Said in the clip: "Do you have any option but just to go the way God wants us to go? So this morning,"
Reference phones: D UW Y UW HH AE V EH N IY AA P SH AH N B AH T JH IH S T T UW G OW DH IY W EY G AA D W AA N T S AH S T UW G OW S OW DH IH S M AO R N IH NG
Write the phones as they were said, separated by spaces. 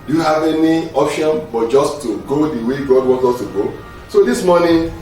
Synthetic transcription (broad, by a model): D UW Y UW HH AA V EH N IY AA P SH AH N B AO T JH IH S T T UW G OW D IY W EY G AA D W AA T AH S T UW G OW S OW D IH S M AO N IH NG